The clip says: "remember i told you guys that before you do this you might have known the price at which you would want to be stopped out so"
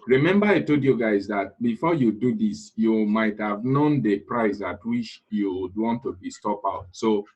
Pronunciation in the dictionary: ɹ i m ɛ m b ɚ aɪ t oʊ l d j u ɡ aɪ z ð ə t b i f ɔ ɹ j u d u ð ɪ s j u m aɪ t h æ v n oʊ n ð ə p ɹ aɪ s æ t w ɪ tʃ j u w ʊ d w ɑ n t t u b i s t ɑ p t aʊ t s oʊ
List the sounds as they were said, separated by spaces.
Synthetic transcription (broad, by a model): ɹ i m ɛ m b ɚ aɪ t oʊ d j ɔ ɡ aɪ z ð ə t b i f ɔ j u d u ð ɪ s j u m aɪ t h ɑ v n oʊ n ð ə p ɹ aɪ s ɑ t w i tʃ j u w d w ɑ n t t u b i s t ɑ p aʊ t s oʊ